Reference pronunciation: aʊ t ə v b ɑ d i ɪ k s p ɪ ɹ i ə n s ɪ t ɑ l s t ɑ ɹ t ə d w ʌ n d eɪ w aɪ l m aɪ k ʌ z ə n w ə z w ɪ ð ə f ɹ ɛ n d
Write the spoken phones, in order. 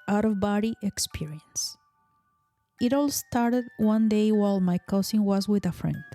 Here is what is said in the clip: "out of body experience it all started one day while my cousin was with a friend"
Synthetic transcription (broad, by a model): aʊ t ə v b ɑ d i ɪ k s p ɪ ɹ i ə n s ɪ t ɑ l s t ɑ ɹ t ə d w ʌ n d eɪ w aɪ l m aɪ k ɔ s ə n w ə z w ɪ ð ə f ɹ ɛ n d